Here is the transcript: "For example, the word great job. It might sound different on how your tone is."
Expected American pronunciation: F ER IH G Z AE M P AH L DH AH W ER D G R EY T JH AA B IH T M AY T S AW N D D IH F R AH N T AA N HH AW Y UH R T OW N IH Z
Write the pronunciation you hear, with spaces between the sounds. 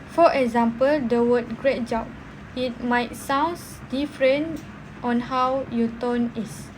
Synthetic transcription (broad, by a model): F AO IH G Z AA M P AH L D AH W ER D G R EY T JH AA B IH T M AY T S AW N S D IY F R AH N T AA N HH AW Y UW T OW N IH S